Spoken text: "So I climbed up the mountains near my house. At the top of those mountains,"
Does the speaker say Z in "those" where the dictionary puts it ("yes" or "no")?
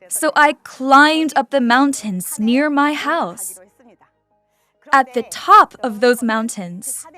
yes